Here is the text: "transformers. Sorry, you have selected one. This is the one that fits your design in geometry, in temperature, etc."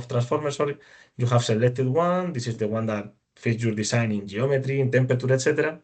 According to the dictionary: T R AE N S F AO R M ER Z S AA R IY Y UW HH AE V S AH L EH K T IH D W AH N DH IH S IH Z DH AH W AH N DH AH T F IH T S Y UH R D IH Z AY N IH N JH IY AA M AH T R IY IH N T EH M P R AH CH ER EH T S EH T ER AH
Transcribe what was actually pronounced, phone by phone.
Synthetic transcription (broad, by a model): T R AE N S F AO R M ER S AA R IY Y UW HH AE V S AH L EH K T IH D W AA N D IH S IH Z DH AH W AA N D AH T F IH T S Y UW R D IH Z AY N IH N JH IY AA M AH T R IY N T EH M P R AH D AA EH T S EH T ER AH